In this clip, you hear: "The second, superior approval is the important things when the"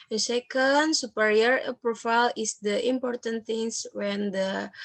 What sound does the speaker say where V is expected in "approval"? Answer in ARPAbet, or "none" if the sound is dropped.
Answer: F